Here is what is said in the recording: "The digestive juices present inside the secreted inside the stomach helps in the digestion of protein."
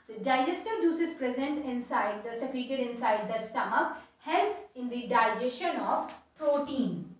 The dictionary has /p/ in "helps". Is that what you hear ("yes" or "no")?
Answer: no